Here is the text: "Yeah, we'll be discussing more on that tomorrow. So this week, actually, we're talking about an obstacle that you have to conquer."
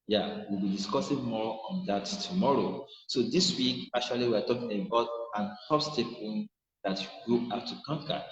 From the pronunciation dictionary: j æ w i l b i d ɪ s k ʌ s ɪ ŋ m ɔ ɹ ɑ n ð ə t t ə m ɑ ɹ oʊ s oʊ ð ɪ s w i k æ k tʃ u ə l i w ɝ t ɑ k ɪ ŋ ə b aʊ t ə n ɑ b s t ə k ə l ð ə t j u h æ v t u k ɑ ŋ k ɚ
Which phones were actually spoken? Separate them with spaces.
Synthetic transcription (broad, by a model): j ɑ w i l b i d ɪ s k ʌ s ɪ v m ɔ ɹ ɑ n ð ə t t ə m ɑ ɹ oʊ s oʊ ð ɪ s w i k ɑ k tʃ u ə l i w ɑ t ɑ k ɪ ŋ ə b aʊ t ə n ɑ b s t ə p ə n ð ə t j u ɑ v t u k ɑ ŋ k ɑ